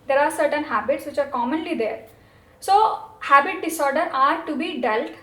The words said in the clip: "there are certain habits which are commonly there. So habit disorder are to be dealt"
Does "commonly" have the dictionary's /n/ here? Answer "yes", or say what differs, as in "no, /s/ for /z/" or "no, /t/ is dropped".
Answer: yes